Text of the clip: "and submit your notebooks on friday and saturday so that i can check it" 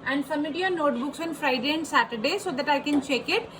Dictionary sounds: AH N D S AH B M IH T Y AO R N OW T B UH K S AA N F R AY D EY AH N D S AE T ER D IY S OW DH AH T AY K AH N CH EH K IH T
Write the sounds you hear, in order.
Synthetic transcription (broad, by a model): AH N D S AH M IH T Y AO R N OW T B UH K S AA N F R AY D EY AH N D S AE T ER D IY S OW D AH T AY K AH N CH EH K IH T